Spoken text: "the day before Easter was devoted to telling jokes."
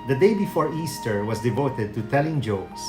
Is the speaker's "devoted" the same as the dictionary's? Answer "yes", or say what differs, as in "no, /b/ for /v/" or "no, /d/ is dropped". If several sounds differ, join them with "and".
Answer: yes